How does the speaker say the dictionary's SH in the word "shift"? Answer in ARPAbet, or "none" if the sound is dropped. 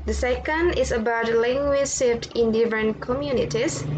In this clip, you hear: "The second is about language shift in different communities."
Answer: S